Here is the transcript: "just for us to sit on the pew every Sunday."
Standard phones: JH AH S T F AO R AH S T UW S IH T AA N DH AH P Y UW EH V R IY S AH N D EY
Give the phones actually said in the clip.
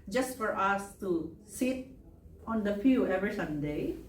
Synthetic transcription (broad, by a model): JH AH S T F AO R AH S T UW S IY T AA N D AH F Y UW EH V R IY S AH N D EY